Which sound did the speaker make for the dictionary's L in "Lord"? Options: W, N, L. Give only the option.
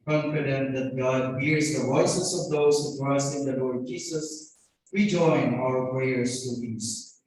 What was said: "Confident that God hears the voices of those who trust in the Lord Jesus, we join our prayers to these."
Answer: L